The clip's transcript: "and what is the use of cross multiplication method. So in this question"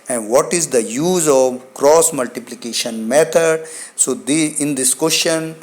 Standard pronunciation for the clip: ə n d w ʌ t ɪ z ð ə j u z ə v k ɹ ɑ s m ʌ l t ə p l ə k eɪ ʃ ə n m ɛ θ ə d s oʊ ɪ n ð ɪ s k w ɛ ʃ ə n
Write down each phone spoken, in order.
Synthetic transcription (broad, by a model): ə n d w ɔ t ɪ z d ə j u z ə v k ɹ ɑ s m ʌ l t ə p l ə k eɪ ʃ ə n m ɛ t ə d s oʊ ɪ n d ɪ s k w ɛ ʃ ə n